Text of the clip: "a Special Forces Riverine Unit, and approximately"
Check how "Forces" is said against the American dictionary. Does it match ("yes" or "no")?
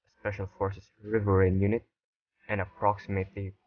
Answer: no